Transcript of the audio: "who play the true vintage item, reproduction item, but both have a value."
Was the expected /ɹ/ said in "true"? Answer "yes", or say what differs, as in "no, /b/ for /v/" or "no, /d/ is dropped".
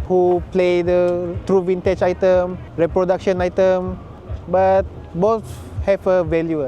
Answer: yes